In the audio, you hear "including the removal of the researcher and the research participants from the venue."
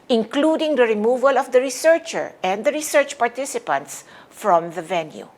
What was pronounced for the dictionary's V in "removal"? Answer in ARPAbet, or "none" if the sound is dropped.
V